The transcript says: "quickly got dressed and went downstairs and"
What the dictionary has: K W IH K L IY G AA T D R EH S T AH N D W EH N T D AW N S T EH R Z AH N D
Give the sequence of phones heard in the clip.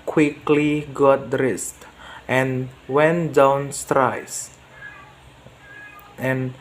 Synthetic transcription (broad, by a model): K W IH K L IY G AA T D R EH S T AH N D W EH N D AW N S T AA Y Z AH N